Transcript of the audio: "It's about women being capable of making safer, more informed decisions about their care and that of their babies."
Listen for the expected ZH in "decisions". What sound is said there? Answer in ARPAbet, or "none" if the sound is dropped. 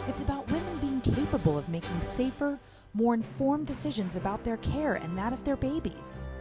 ZH